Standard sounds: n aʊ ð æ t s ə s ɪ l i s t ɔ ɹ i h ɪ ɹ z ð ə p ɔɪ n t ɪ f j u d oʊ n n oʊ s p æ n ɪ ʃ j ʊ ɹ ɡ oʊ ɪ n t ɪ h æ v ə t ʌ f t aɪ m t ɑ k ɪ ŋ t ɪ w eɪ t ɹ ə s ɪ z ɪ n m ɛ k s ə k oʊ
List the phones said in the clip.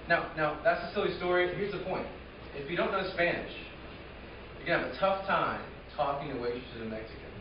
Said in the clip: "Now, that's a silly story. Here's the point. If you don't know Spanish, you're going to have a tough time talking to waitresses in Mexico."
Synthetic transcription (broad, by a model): n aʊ ð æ t s ə s ɪ l i s t ɔ ɹ i h ɪ ɹ z ð ə p ɔɪ n t ɪ f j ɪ d oʊ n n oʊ s p æ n ɪ ʃ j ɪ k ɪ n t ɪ v ə t ʌ f t aɪ m t ɑ k ɪ ŋ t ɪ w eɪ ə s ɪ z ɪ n m ɛ k s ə k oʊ